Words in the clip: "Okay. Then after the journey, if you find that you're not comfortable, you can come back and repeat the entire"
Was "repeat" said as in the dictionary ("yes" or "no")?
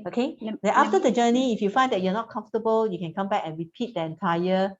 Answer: yes